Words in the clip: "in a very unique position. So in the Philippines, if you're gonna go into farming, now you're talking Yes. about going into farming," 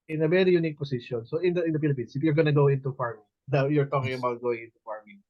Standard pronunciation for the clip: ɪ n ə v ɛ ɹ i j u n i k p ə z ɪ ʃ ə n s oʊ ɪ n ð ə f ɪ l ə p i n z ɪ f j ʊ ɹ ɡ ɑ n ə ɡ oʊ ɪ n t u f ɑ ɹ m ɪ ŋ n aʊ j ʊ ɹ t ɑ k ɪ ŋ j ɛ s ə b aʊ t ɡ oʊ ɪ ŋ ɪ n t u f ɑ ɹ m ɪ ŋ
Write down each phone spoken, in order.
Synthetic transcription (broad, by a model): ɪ n ə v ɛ ɹ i j u n i k p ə s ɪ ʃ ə n s oʊ ɪ n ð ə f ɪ l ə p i n s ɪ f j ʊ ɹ ɡ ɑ n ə ɡ oʊ ɪ n t u f ɑ ɹ m ɪ ŋ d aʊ j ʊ ɹ t ɑ k ɪ ŋ ə b aʊ t ɡ oʊ ɪ ŋ ɪ n t u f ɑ ɹ m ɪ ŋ